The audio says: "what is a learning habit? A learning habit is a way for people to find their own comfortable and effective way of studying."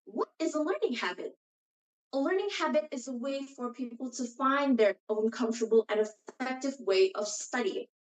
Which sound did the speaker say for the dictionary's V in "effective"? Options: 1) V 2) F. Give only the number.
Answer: 1